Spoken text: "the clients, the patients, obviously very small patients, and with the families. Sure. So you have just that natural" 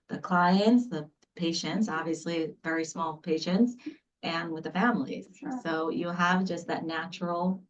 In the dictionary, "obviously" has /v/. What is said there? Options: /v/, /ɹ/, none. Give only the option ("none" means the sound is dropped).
/v/